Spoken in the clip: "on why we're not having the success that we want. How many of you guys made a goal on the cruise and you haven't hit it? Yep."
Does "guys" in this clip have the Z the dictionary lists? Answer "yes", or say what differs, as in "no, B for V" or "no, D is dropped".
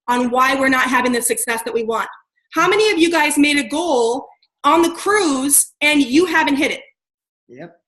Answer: yes